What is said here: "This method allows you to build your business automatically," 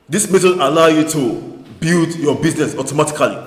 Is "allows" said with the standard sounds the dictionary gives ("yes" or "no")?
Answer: no